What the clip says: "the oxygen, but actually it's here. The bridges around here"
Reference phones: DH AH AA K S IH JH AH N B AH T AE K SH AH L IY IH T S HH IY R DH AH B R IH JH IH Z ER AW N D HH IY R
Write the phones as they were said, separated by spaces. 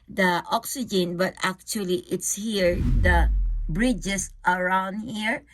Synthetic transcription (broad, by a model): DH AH AA K S IH JH AH N B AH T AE K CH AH L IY IH T S HH IY R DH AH B R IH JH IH S ER AW N D HH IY R